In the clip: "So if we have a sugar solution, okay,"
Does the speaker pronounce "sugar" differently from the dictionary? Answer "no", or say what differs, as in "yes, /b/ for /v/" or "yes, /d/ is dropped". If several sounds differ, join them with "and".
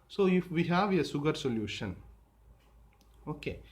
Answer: yes, /s/ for /ʃ/